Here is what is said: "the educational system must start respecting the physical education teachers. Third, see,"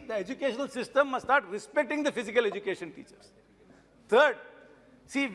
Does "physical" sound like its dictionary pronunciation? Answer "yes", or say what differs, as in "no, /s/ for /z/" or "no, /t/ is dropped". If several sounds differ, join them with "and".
yes